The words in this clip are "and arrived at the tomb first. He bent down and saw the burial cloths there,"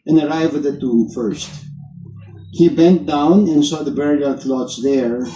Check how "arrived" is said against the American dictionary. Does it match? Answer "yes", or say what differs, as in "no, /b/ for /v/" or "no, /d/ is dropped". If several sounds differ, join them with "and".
no, /d/ is dropped